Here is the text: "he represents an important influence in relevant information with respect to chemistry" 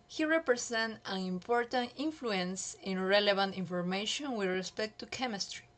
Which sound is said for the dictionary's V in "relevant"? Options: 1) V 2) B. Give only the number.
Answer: 2